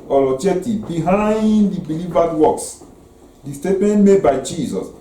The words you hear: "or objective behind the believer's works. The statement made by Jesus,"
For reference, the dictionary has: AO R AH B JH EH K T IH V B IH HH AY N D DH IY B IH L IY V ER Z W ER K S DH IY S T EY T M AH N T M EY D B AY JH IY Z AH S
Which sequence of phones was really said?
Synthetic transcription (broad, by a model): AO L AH JH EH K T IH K B IH HH AY N D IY B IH L IY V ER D W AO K S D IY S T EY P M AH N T M EY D B AY JH IY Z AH S